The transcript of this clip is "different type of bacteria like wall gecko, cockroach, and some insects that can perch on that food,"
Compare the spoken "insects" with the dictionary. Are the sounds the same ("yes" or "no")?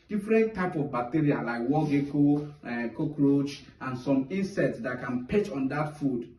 no